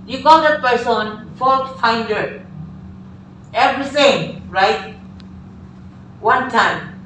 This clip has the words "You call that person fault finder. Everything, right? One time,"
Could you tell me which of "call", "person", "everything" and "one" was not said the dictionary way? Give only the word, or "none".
everything